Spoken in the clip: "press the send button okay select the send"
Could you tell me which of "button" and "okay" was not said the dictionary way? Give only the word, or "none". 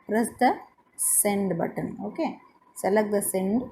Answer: none